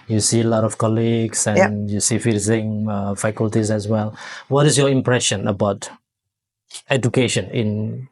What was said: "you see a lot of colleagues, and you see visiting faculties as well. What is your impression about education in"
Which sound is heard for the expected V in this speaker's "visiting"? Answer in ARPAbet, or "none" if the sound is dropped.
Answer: F